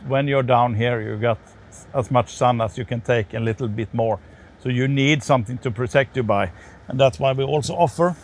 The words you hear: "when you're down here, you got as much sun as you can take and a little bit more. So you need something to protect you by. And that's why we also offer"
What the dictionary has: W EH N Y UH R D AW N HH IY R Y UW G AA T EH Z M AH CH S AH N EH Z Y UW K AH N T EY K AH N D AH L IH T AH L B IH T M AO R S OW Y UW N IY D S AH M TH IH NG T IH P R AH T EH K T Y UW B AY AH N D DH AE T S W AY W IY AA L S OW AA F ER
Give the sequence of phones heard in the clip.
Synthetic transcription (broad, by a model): W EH N Y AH R D AW N HH IY R Y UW G AA T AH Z M AH CH S AH N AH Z Y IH K AH N T EY AH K AH L IH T L B IH T M AO R S OW Y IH N IY D S AH M TH IH NG T IH P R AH T EH K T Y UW B AY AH N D DH AE T S W AY W IY AA L S OW AA F ER